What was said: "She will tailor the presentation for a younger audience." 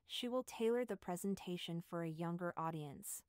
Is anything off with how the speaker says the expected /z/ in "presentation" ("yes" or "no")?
no